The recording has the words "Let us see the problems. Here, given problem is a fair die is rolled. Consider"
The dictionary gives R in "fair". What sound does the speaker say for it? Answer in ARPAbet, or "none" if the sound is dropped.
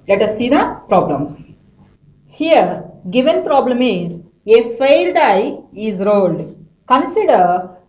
L